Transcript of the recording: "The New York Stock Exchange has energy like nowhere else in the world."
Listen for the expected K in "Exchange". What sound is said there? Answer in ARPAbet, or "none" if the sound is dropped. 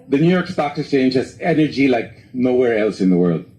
none